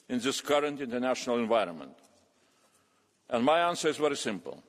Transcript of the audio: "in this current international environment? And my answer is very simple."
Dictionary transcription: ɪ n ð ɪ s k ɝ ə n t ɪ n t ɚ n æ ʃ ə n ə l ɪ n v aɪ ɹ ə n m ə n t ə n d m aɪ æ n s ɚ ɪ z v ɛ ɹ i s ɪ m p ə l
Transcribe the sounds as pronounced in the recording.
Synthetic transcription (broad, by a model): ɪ n ð ɪ s k ɝ ə n t ɪ n t ɚ n æ ʃ ə n ə l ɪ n v aɪ ɹ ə n m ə n t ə n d m aɪ æ n s ɚ ɪ z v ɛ ɹ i s ɪ m p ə l